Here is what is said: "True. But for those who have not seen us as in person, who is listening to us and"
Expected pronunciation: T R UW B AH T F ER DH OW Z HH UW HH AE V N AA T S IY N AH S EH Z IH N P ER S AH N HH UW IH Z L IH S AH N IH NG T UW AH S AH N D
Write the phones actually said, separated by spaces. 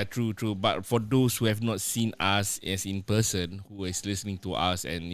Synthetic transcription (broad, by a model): T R UW B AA T F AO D OW S HH UW HH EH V N AA T S IY N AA S EH S IH N P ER S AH N HH UW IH S L IH S AH N IH NG T UW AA S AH N